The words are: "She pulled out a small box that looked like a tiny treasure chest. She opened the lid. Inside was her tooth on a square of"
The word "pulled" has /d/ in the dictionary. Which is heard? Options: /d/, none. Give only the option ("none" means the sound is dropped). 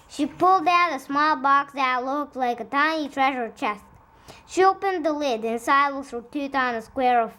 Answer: /d/